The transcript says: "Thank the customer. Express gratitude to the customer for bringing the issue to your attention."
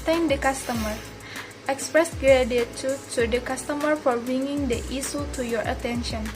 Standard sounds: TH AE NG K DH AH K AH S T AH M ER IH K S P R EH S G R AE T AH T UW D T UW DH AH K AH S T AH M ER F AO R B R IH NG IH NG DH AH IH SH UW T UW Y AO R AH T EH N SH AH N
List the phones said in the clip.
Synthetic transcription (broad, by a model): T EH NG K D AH K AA S T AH M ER IH K S P R EH S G R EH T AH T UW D T UW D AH K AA S T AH M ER F AO R B R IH NG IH NG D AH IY S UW T UW Y AO R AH T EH N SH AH N